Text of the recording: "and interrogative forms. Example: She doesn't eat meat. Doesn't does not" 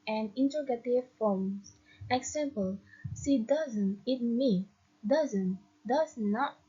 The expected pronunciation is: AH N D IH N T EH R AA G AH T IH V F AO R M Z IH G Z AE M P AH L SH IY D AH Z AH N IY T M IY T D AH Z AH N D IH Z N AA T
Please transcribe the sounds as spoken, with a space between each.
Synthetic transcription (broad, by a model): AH N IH N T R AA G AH T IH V F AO M S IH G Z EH M P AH L S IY D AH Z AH N IY T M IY D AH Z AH N D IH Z N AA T